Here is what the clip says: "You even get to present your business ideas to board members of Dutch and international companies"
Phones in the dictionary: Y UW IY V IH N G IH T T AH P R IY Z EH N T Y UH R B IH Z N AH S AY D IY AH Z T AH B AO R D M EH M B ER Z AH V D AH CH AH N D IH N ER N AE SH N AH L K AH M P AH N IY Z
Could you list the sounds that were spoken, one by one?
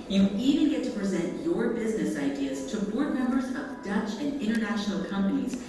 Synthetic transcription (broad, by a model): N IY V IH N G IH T T AH P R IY Z EH N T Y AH R B IH Z N AH S AY D IY AH Z T AH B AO R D M EH M B ER Z AH V D AH CH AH N IH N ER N AE SH N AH L K AH M P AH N IY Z